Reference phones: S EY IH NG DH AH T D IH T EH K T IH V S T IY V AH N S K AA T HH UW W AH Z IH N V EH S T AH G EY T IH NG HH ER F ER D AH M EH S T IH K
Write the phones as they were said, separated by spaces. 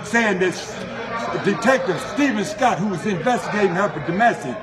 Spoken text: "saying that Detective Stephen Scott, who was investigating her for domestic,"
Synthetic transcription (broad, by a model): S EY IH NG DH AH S D IH T EH K T IH V S T IY V AH N S K AA T HH UW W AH Z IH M V EH S T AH G EY T IH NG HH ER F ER D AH M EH S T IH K